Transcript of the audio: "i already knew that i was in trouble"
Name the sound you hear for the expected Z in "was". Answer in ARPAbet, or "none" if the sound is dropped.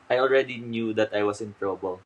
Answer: S